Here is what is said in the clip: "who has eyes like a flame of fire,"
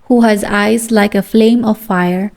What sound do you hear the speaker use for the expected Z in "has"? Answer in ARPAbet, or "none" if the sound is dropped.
Z